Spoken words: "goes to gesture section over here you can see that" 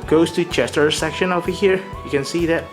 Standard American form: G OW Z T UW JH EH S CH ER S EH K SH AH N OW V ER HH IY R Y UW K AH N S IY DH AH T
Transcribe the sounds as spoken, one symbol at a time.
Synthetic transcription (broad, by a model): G OW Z T UW CH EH S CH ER S EH K SH AH N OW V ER HH IY R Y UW K AH N S IY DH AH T